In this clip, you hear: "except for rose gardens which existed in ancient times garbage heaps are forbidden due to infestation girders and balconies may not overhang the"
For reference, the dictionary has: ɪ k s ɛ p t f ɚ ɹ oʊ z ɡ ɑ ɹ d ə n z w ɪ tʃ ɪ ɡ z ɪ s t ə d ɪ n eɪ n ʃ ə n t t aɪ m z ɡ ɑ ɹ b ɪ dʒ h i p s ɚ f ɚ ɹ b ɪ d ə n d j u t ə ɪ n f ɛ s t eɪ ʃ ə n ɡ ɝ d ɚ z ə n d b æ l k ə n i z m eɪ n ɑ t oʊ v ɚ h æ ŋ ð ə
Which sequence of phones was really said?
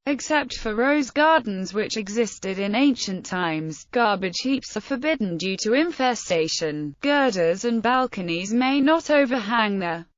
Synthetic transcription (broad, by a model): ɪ k s ɛ p t f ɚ ɹ oʊ z ɡ ɑ ɹ d n z w ɪ tʃ ɪ ɡ z ɪ s t ə d ɪ n eɪ n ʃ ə n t t aɪ m z ɡ ɑ ɹ b ɪ dʒ h i p s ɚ f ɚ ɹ b ɪ d n d j u t ə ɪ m f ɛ s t eɪ ʃ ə n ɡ ɝ d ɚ z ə n b æ l k ə n i z m eɪ n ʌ t oʊ v ɚ h æ ŋ ð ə